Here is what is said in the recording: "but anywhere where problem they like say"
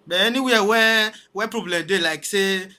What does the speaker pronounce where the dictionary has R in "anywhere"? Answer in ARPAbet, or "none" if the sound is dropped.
W